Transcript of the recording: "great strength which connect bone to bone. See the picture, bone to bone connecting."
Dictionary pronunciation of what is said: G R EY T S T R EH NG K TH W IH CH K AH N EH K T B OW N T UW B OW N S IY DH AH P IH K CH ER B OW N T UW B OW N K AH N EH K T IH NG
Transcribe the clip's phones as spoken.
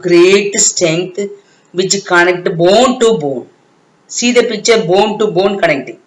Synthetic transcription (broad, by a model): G R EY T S T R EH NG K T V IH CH K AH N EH K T B OW N T UW B OW N S IY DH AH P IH CH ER B OW N T UW B OW N K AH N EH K T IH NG